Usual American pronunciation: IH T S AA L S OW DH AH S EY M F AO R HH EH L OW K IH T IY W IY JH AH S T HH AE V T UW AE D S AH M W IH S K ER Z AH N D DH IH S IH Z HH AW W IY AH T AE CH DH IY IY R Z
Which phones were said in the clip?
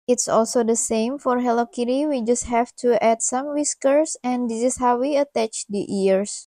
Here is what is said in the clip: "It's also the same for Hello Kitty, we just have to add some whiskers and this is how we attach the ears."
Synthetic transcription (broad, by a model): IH T S AA L S OW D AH S EY M F AO R HH EH L OW K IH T IY W IY JH AH S T HH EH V T UW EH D S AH M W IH S K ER S AH N D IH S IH S HH AW W IY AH T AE CH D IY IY R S